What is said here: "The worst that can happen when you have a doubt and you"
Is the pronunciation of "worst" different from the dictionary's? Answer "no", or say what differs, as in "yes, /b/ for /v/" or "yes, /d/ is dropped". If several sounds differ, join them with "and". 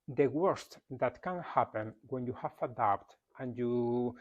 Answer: no